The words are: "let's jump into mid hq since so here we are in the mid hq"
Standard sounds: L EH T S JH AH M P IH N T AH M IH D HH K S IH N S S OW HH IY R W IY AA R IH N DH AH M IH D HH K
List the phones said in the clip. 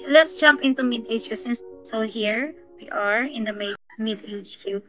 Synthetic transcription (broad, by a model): L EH T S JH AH M P IH N T AH M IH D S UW S IH N S S OW HH IY R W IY AA R IH N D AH M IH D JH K